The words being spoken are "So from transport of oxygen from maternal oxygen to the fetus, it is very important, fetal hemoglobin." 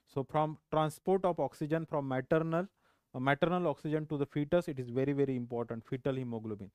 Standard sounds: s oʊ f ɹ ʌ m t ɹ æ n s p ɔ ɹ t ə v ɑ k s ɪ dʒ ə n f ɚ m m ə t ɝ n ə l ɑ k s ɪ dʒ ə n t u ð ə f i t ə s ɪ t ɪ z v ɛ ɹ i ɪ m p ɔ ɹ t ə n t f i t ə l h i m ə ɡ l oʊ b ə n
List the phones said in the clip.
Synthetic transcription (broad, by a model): s oʊ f ɹ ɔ m t ɹ æ n s p ɔ ɹ t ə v ɑ k s ɪ dʒ ə n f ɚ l m ə t ɝ n ə l ɑ k s ɪ dʒ ə n t u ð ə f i t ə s ɪ t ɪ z v ɛ ɹ i ɪ m p ɔ ɹ t ə n t f i t ə l h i m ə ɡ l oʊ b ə n